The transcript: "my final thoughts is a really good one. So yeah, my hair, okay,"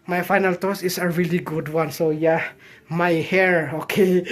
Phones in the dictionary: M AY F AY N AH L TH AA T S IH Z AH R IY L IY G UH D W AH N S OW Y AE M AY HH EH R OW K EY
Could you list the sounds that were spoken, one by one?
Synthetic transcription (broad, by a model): M AY F AY N AH L T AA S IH S AH R IY L IY G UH D W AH N S OW Y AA M AY HH EH R OW K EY